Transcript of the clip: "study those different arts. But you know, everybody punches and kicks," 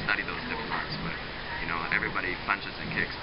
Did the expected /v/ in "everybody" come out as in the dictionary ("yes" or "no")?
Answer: yes